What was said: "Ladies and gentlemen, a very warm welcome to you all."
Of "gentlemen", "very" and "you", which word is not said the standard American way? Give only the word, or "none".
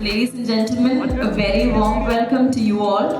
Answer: none